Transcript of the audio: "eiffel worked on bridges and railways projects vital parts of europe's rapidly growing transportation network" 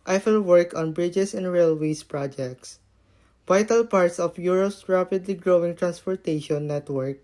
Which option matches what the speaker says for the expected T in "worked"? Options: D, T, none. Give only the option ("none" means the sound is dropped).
none